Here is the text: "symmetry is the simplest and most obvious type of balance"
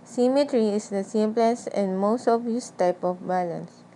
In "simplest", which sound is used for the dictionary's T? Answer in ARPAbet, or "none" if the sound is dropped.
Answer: none